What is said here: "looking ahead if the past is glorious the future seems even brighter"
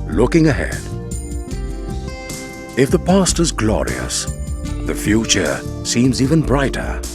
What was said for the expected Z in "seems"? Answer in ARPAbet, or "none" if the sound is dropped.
Z